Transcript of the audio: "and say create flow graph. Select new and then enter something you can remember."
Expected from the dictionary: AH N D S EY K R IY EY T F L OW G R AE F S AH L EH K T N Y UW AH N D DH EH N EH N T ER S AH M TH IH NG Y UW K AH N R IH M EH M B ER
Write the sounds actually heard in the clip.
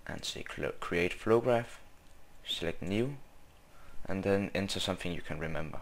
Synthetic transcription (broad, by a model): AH N S EY K R IY EY T F OW G R AE F S AH L EH K T N Y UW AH N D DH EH N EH N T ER S AH M TH IH NG Y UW K AH N R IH M EH M B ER